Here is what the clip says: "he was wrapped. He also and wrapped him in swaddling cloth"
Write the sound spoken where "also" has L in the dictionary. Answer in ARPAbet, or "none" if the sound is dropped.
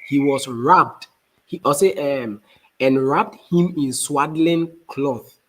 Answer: none